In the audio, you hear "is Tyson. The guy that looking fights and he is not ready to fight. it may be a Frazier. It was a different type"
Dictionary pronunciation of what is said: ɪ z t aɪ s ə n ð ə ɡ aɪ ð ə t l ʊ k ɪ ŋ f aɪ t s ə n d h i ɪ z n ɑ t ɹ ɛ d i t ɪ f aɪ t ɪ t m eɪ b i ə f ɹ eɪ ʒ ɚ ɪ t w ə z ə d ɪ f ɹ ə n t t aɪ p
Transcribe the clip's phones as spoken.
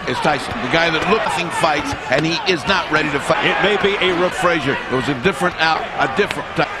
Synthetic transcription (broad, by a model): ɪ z t aɪ s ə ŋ ð ə ɡ aɪ ð ə t l ʊ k ɪ ŋ f aɪ t s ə n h i ɪ z n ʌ t ɹ ɛ d i t ɪ f aɪ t ɪ t m eɪ b i ə f ɹ eɪ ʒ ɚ ɪ t w ə z ə d ɪ f ɹ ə n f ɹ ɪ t